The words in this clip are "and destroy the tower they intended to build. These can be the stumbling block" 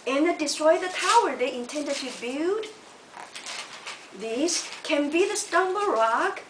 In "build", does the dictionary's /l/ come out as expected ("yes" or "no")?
no